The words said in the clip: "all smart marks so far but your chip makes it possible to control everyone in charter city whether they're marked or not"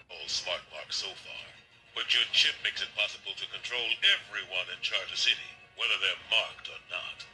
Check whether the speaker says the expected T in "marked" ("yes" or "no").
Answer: yes